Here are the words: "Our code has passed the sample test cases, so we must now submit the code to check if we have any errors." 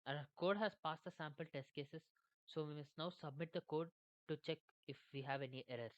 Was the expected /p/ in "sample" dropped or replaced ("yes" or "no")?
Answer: no